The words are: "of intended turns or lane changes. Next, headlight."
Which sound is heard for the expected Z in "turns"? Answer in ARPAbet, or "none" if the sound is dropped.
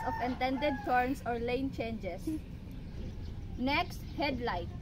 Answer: S